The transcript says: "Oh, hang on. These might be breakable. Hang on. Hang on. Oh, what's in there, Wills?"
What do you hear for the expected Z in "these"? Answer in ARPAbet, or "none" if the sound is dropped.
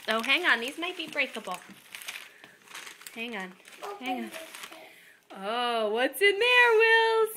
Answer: Z